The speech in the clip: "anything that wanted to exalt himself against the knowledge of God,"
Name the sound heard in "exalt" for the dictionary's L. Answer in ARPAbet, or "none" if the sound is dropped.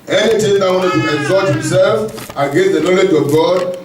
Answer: none